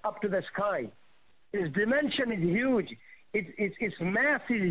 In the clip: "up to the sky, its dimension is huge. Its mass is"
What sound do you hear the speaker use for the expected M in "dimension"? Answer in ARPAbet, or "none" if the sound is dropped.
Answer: M